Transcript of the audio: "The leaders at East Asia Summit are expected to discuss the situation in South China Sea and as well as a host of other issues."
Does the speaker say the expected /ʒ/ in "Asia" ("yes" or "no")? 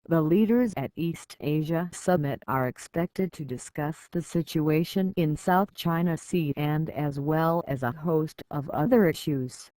yes